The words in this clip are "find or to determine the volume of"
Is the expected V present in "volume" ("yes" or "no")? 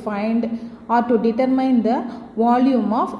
yes